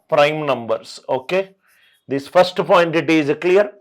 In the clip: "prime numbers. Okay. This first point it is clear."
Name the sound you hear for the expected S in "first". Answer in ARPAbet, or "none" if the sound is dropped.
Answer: S